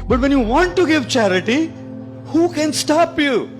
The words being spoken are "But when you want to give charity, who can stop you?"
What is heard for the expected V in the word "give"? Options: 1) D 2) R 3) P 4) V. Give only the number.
4